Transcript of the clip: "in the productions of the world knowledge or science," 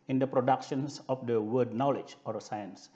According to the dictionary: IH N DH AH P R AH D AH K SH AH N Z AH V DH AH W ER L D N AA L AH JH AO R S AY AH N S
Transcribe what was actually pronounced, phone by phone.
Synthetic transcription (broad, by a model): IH N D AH P R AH D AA K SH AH N S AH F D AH W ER D N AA L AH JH AO R S AY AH N S